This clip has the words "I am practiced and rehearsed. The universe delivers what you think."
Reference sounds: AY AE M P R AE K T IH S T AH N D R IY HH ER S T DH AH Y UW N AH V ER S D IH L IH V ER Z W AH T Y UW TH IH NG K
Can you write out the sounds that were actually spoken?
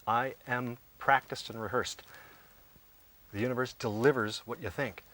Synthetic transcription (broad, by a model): AY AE M P R AE K T IH S T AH N R IY HH ER S T DH AH Y UW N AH V ER S D IH L IH V ER Z W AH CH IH TH IH NG K